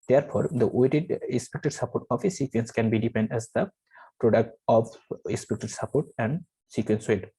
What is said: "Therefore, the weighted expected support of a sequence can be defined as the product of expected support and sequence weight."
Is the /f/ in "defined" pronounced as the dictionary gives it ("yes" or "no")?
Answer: no